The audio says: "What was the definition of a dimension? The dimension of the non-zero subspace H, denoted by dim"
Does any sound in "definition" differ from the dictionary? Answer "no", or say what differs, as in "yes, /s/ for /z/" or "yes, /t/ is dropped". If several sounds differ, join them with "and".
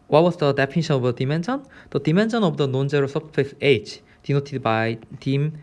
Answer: yes, /p/ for /f/